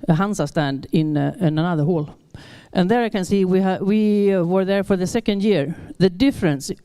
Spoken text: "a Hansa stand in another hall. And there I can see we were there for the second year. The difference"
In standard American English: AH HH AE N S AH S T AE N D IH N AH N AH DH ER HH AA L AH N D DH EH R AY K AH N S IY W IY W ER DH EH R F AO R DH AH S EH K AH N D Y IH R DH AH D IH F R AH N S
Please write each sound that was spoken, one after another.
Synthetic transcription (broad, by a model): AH HH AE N S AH S T AE N D IH N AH N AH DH ER HH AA L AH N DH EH R AY K AH N S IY W IY W ER DH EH R F AO R DH AH S EH K AH N D Y IH R DH AH D IH F R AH N S